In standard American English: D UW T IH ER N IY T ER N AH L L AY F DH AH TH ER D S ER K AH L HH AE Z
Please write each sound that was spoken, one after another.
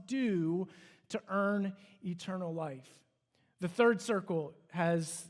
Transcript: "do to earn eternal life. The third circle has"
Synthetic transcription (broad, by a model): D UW T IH ER N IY T ER N L L AY F DH AH TH ER D S ER K L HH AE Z